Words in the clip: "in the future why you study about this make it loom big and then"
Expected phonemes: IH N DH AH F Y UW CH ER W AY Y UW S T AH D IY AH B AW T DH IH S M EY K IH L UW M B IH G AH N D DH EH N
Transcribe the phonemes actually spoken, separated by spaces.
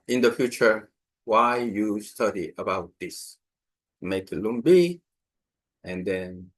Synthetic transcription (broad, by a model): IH N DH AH F Y UW CH ER W AY Y UW S T AH D IY AH B AW T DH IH S M EY K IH L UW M B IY AH N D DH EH N